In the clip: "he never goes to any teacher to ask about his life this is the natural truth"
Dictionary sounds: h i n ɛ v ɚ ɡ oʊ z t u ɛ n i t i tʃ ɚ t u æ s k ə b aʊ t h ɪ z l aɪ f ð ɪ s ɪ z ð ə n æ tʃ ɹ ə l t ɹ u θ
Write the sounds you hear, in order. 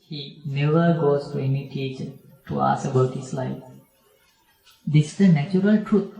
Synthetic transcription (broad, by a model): h i n ɛ v ɚ ɡ oʊ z t u ɛ n i t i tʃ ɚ t u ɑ s ə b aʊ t h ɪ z l aɪ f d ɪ s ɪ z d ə n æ tʃ ɹ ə l t ɹ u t